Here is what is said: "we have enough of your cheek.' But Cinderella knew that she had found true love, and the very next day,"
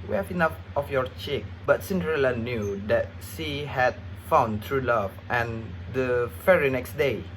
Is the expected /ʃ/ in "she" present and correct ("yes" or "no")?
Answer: no